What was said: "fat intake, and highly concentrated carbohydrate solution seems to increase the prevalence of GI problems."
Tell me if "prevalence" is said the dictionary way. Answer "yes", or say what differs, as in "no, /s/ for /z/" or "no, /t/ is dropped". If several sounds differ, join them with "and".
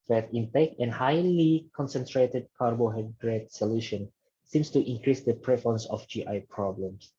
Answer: no, /f/ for /v/